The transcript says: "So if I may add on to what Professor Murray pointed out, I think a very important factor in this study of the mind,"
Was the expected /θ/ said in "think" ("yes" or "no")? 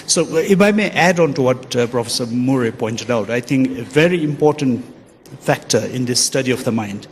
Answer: no